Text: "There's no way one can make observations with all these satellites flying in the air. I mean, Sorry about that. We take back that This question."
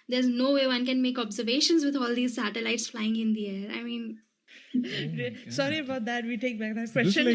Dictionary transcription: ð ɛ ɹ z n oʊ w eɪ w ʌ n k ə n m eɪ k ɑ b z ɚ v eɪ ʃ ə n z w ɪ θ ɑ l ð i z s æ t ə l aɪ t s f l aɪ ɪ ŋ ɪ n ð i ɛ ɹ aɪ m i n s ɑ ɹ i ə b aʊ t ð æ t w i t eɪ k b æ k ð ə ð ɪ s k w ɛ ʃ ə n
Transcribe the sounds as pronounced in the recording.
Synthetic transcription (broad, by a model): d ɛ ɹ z n oʊ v eɪ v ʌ n k ə n m eɪ k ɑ b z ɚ v eɪ ʃ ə n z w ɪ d ɑ l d i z s æ t ə l aɪ t s f l aɪ ɪ ŋ ɪ n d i ɛ ɹ aɪ m i n s ɑ ɹ i ə b aʊ t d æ t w i t eɪ k b æ k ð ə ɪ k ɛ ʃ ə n